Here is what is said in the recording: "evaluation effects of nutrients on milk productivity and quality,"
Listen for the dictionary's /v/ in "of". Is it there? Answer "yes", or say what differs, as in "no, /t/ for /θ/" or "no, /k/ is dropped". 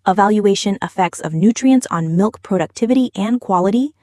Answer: yes